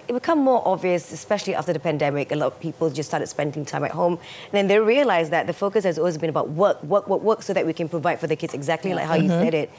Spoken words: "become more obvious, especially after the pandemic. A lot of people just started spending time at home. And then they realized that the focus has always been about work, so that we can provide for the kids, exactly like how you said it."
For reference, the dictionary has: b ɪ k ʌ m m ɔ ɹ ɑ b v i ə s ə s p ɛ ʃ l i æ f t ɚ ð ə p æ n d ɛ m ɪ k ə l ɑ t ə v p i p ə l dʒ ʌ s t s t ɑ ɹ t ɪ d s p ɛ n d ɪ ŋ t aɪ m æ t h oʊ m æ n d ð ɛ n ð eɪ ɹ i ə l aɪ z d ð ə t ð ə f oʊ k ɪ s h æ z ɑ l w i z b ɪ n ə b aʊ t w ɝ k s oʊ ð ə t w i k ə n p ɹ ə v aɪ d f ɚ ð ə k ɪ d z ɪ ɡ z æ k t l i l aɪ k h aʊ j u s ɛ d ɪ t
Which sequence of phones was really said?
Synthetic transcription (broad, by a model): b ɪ k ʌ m m ɔ ɹ ɑ b v i ə s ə s p ɛ ʃ l i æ f t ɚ ð ə p æ n d ɛ m ɪ k ə l ɑ t ə v p i p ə l dʒ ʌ s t s t ɑ ɹ t ɪ d s p ɛ n d ɪ ŋ t aɪ m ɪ t h oʊ m n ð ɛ n ð eɪ ɹ i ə l aɪ z ð ə t ð ə f oʊ k ɪ s h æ z ɑ l w i z b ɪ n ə b aʊ t w ɝ k s oʊ ð ə t w i k ə n p ɹ ə v aɪ d f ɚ ð ə k ɪ d z ɪ ɡ z æ k t l i l aɪ k h aʊ j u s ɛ d ɪ t